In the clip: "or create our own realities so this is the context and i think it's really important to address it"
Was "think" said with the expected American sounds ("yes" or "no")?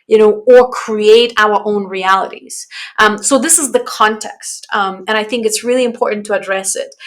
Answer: yes